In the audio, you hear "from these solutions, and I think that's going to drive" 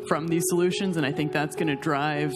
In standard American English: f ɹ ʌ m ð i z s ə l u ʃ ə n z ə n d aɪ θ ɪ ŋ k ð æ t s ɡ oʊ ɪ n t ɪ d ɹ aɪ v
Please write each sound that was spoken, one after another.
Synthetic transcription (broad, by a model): f ɹ ʌ m ð i z s ə l u ʃ ə n z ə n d aɪ θ ɪ ŋ k ð æ t s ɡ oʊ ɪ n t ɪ d ɹ aɪ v